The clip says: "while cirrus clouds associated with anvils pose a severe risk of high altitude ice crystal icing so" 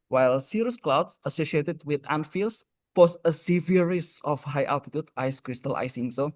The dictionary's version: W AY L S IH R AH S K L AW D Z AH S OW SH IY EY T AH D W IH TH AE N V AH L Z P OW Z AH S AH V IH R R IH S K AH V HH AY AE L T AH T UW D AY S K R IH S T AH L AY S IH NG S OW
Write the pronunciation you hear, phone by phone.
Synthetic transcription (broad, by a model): W AY L S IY R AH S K L AW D S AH S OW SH IY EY T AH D W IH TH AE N F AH L S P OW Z AH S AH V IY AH R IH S AH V HH AY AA L T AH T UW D AY S K R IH S T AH L AY S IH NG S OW